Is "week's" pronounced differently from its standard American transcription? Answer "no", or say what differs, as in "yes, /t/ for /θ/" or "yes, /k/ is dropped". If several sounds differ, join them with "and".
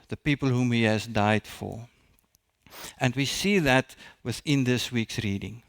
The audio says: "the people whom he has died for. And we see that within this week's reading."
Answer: no